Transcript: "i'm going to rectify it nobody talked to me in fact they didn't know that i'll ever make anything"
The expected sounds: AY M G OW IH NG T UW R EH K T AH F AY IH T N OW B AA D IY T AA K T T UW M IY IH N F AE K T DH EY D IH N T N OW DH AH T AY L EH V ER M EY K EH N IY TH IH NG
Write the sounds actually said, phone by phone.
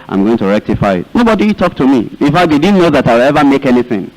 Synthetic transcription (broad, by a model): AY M G OW IH NG T UW R EH K T AH F AY IH T N OW B AA D IY T AA K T T UW M IY IH N F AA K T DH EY D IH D N OW DH AH T AY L EH V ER M EY K EH N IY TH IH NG